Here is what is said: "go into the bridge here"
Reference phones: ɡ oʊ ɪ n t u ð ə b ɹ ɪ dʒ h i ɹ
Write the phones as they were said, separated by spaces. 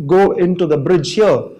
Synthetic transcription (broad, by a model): ɡ oʊ ɪ n t u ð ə b ɹ ɪ dʒ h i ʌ